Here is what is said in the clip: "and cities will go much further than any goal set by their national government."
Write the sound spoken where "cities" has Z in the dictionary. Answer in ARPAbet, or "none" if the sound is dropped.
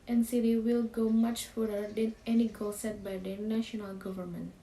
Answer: none